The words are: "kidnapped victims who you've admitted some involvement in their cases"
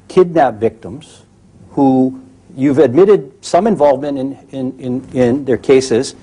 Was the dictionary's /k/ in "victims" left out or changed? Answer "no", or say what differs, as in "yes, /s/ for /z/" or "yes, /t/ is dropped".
no